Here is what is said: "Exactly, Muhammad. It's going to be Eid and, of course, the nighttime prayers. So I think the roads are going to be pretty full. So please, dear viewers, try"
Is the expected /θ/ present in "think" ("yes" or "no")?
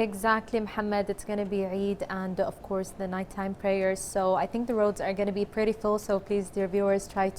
yes